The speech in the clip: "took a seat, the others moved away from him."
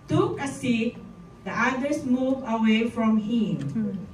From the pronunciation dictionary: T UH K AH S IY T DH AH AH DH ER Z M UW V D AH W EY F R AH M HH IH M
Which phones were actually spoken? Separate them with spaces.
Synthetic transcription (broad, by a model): T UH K AH S IY T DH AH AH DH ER S M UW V AH W EY F R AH M HH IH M